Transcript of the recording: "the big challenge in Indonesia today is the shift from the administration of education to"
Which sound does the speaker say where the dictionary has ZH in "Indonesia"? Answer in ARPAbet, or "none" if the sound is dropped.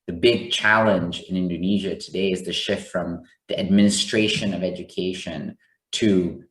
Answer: ZH